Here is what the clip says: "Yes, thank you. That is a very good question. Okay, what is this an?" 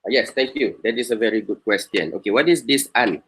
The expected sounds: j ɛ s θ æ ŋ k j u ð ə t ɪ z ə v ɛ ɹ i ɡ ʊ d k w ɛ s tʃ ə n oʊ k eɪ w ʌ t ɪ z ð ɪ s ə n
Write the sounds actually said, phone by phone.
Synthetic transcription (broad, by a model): j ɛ s t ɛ ŋ k j u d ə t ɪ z ə v ɛ ɹ i ɡ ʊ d k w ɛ s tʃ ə n oʊ k eɪ w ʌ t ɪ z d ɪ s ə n